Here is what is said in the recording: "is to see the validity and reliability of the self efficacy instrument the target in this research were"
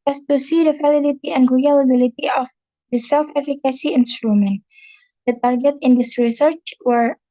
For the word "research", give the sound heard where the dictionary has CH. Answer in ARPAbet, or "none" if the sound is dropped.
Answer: CH